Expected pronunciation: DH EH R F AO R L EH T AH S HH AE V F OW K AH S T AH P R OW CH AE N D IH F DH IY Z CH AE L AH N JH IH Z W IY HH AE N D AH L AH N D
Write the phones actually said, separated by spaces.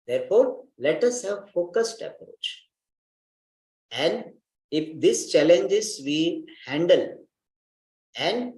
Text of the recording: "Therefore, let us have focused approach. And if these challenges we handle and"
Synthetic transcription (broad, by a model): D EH R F AO R L EH T AH S HH AE V F OW K AH S T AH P R OW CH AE N D IH F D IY S CH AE L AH N JH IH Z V IY HH AE N D AH L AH N D